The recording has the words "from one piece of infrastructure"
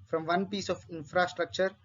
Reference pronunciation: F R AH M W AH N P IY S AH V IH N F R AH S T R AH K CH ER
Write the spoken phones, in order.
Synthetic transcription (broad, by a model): F R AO M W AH N P IY S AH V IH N F R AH S T R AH K CH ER